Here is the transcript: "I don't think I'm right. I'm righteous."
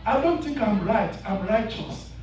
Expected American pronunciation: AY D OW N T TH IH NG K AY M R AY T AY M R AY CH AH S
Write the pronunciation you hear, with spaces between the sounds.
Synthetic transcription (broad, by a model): AY D OW N T TH IH NG K AY M R AY T AY M R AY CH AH S